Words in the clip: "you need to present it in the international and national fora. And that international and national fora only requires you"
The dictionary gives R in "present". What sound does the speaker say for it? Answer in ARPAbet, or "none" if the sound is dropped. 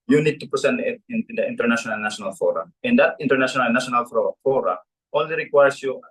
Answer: none